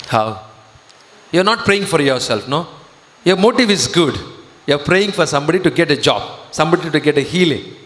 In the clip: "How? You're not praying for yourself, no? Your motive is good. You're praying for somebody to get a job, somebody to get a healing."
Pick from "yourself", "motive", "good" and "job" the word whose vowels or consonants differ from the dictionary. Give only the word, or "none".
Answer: none